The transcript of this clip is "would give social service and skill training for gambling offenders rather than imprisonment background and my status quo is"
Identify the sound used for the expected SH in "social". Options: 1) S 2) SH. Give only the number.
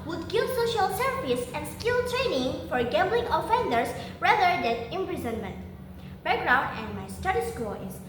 2